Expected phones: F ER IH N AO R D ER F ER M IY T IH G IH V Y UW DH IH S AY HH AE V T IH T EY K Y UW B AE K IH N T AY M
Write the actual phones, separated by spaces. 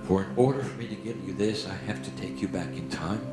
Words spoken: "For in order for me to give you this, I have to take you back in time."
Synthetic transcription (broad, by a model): F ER IH N AO R D ER F ER M IY T IH G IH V Y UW DH IH S AY HH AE F T IH T EY K Y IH B AE K IH N T AY M